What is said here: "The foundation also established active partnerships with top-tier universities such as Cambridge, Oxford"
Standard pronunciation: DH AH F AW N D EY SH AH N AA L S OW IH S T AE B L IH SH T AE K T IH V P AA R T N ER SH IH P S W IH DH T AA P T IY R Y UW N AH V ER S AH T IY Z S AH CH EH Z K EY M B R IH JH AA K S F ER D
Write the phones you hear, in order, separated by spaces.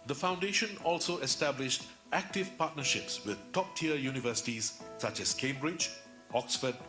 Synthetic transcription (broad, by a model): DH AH F AW N D EY SH AH N AA L S OW IH S T AE B L IH SH T AE K T IH V P AA T N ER SH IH P S W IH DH T AA P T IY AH Y UW N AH V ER S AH T IY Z S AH CH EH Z K EY M B R IH JH AA K S F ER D